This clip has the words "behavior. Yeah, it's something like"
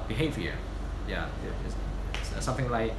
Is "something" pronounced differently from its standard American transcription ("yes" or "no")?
no